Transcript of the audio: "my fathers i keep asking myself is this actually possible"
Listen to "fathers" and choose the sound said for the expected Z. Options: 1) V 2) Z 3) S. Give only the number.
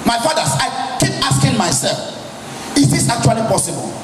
3